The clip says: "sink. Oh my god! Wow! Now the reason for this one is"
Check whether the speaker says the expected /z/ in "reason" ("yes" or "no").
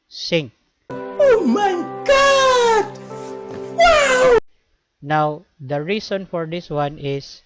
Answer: no